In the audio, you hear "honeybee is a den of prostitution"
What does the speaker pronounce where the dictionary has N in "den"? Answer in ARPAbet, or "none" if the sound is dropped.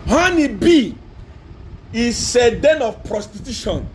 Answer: N